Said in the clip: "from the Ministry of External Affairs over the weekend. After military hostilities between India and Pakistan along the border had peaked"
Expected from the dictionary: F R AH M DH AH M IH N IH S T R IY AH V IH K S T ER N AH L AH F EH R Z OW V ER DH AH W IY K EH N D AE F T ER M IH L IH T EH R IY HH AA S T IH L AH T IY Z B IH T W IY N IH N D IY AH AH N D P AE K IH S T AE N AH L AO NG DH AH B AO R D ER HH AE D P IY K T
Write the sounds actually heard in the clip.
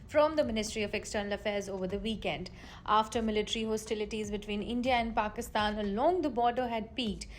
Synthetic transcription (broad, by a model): F R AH M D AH M IH N IH S T R IY AH V IH K S T ER N AH L AH F EH R Z OW V ER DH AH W IY K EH N D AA F T ER M IH L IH T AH R IY HH AA S T IH L AH T IY Z B IH T W IY N IH N D IY AH AH N D P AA K IH S T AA N AH L AO NG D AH B AO R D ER HH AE D P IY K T